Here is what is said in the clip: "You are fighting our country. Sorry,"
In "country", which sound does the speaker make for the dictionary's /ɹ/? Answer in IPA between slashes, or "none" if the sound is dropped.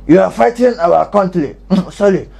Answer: /l/